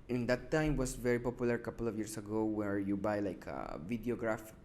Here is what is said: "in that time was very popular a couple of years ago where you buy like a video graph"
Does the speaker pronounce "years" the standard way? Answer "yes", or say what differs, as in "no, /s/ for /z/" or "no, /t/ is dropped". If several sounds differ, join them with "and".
no, /s/ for /z/